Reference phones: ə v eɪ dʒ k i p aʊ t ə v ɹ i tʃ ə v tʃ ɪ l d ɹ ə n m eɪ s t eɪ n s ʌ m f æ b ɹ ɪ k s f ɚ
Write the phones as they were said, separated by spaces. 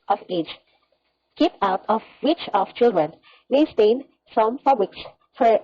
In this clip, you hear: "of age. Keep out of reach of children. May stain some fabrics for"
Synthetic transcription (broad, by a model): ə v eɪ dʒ k i p aʊ t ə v w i tʃ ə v tʃ ɪ l d ɹ ə n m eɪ s t eɪ n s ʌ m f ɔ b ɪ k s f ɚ